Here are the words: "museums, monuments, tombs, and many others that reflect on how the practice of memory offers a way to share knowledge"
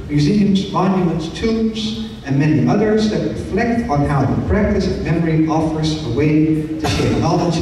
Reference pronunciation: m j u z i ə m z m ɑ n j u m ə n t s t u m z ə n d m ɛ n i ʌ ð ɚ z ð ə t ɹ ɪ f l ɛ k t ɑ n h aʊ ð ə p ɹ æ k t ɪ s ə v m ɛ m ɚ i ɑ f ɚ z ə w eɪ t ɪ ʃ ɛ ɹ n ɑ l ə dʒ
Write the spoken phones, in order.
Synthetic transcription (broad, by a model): m j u z i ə m z m ɑ n j u m ə n t s t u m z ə n m ɛ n i ʌ ð ɚ z ð ə t ɹ ɪ f l ɛ k t n h aʊ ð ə p ɹ æ k t ɪ s m ɛ m ɚ i ɑ f ɚ z ə w eɪ t ɪ ʃ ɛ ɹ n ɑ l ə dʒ